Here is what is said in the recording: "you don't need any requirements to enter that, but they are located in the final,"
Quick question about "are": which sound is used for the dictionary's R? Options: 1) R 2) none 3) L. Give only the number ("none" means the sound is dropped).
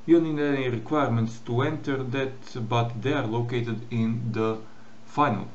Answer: 1